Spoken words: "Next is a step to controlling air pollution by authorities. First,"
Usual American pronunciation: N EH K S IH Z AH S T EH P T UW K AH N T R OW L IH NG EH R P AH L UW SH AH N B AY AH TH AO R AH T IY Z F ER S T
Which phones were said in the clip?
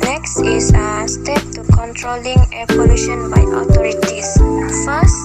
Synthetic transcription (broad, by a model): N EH K S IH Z AH S T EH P T UW K AH N T R OW L IH NG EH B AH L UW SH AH N B AY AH T AO R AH T IY S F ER S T